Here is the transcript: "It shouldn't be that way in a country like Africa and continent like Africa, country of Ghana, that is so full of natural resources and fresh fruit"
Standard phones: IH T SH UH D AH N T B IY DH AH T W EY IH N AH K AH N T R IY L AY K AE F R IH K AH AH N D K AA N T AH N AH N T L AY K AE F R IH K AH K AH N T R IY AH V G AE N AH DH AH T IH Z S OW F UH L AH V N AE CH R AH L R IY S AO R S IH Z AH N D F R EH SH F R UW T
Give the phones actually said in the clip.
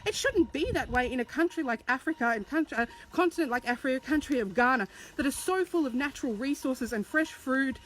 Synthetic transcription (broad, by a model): IH T SH UH D N B IY DH AH T W EY IH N AH K AH N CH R IY L AY K AE F R IH K AH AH N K K AA N T AH N AH N T L AY K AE F R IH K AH K AH N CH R IY AH V G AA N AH DH AH T IH Z S OW F UH L AH V N AE CH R L R IY S AO R S IH Z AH N F R EH SH F R UW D